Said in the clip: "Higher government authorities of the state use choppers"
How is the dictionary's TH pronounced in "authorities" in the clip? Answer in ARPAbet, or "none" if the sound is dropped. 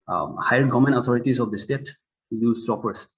T